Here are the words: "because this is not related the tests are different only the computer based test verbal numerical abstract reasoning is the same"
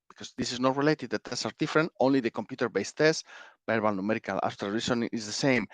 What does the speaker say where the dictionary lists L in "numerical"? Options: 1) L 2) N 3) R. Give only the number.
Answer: 1